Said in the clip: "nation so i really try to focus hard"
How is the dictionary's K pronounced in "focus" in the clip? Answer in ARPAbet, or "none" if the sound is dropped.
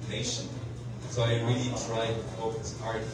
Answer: none